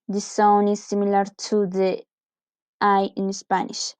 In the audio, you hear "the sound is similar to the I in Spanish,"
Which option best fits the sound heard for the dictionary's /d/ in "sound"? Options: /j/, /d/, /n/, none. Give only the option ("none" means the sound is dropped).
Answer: none